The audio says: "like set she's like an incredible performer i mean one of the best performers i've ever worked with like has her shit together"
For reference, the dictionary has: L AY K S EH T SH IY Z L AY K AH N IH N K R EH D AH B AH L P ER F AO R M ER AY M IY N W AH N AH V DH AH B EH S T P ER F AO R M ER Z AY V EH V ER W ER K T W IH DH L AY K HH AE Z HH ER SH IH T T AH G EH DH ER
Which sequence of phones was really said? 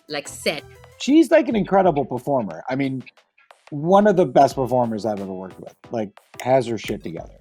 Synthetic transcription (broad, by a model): L AY K S EH T SH IY Z L AY K AH N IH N K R EH D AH B L P ER F AO R M ER AY M IY N W AH N AH V DH AH B EH S T P ER F AO R M ER Z AY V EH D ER W ER K W IH DH L AY K HH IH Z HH ER SH IH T T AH G EH DH ER